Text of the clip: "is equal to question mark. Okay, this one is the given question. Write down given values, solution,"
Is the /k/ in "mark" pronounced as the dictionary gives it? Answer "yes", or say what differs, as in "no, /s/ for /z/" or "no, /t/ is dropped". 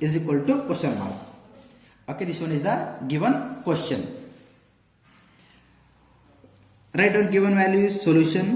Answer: no, /k/ is dropped